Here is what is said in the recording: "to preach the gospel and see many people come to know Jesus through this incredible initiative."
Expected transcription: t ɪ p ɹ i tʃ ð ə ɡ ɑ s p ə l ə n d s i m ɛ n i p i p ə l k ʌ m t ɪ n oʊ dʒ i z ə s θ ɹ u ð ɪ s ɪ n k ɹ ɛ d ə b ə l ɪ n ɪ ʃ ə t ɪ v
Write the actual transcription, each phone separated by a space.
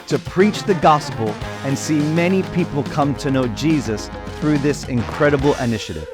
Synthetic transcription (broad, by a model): t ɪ p ɹ i tʃ ð ə ɡ ɑ s p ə l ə n s i m ɛ n i p i p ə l k ʌ m t ɪ n oʊ dʒ i z ə s θ ɹ u ð ɪ s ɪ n k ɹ ɛ d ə b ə l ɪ n ɪ ʃ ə t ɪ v